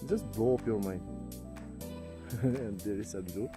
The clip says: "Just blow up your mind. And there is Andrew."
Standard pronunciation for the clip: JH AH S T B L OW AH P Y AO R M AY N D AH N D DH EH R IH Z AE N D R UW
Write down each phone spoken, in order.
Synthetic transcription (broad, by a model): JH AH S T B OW AH P Y AO R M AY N AH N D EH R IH S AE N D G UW